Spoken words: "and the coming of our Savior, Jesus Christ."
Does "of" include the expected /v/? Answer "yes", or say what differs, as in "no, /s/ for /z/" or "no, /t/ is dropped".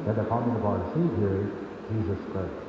no, /b/ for /v/